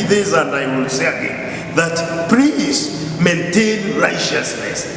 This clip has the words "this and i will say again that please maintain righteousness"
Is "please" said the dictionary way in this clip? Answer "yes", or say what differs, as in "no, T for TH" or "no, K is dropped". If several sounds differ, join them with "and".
no, S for Z